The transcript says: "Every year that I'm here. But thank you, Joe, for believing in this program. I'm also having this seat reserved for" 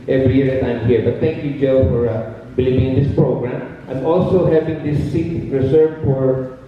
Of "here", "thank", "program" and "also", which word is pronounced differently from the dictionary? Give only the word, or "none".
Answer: thank